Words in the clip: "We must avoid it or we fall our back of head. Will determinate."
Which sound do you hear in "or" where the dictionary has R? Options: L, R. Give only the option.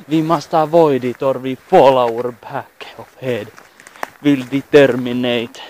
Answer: R